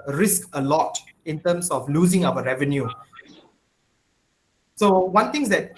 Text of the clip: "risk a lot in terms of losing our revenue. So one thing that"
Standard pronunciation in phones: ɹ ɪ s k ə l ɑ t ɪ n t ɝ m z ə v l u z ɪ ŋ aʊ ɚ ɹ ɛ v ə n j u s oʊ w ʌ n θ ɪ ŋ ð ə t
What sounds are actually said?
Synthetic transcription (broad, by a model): ɹ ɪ s k ə l ɑ t ɪ n t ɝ m s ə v l u z ɪ ŋ aʊ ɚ ɹ ɛ v ə n j u s oʊ w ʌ n t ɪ ŋ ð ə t